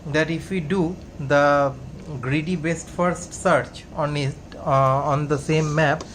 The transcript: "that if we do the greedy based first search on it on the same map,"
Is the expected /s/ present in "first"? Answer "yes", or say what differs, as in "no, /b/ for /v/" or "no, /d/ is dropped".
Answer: yes